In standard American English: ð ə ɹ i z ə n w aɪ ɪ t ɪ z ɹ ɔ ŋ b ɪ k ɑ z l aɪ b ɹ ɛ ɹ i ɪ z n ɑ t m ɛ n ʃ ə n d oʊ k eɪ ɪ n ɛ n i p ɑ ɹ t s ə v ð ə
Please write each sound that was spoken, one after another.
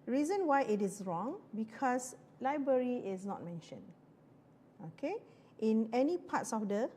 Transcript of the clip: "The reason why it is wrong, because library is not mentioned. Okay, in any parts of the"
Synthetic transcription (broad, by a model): ɹ i z ə n w aɪ ɪ t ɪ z ɹ ɔ ŋ b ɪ k ɑ s l aɪ b ɹ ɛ ɹ i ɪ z n ɑ t m ɛ n ʃ ə n d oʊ k eɪ ɪ n ɛ n i p ɑ t s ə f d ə